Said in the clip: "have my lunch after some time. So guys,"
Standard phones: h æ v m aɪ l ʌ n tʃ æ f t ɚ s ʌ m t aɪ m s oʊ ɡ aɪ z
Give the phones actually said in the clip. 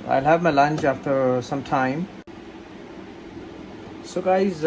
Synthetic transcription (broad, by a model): h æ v m aɪ l ʌ n tʃ æ f t ɚ s ʌ m t aɪ m s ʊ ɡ aɪ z